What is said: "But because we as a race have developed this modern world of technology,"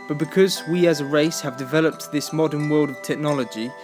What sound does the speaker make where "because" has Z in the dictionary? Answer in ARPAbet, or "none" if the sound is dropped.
Z